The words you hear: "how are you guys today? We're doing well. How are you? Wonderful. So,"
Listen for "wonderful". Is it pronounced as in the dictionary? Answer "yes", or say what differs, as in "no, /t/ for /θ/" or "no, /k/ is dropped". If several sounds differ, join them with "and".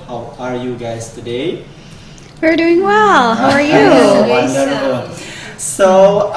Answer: no, /n/ is dropped and /f/ is dropped